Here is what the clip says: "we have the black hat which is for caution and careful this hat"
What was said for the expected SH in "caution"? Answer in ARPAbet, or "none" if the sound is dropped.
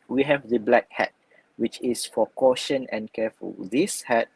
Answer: SH